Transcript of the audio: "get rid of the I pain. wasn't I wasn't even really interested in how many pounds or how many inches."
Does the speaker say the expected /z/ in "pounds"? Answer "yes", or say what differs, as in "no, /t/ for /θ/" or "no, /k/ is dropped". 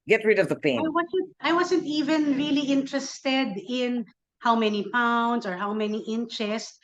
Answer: no, /s/ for /z/